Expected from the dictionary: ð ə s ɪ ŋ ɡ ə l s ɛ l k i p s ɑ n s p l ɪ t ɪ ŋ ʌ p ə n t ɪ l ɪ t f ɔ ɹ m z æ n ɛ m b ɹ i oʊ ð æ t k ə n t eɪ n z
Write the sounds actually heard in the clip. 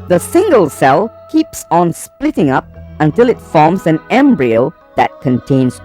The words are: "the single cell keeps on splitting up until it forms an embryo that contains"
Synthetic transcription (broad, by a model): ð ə s ɪ ŋ ɡ ə l s ɛ l k i p s ɑ n s p l ɪ t ɪ ŋ ʌ p ə n t ɪ l ɪ t f ɔ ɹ m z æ n ɛ m b ɹ i oʊ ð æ t k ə n t eɪ n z